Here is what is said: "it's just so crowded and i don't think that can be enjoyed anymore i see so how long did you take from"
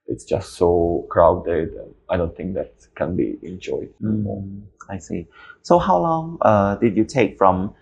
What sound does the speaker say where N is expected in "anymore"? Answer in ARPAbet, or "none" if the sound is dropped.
none